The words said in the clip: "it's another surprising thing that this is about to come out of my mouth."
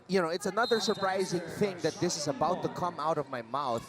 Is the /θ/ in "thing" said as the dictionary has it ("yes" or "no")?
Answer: yes